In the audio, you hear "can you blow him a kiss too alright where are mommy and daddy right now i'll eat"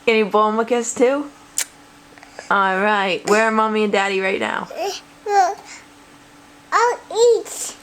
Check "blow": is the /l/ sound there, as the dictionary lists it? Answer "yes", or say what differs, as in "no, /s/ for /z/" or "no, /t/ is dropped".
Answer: no, /l/ is dropped